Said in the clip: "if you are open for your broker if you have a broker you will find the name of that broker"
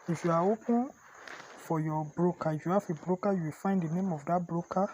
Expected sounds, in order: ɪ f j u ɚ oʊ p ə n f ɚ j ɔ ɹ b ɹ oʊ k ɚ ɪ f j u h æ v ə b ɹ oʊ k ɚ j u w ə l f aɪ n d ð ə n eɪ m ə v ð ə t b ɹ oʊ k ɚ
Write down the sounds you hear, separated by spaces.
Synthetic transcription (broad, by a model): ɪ f j u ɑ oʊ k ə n f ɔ j ɔ b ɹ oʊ k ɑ ɪ f j u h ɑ f ə b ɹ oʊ k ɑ j u w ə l f aɪ n d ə n eɪ m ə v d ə t b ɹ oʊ k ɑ